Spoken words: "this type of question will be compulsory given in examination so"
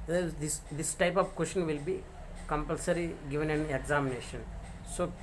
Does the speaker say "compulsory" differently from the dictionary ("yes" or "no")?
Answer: no